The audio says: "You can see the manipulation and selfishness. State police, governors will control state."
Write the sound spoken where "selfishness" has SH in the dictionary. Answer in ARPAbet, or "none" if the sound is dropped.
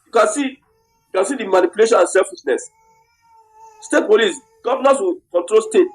S